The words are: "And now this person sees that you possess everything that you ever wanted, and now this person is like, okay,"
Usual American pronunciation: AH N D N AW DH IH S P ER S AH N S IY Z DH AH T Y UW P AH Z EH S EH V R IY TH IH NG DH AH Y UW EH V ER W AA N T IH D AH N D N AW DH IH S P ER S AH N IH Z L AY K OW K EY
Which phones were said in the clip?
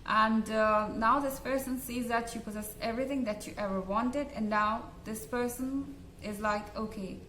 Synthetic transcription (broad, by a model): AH N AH N AW DH IH S P ER S AH N S IY Z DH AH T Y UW P AH Z EH S EH V R IY TH IH NG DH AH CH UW EH V ER W AA N T IH D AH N N AW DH IH S P ER S AH N IH Z L AY K OW K EY